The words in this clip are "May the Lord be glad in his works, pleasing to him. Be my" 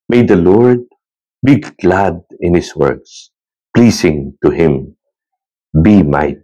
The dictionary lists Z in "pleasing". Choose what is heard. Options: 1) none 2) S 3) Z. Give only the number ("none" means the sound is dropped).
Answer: 2